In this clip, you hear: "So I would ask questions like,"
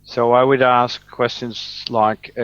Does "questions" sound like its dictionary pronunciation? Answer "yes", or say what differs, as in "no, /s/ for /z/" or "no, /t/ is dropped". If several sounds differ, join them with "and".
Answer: yes